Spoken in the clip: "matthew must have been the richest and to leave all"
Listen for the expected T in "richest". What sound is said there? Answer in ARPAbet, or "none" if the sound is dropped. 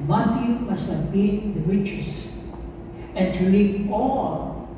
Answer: none